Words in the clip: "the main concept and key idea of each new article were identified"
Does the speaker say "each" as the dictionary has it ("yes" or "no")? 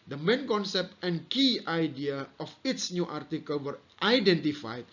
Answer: no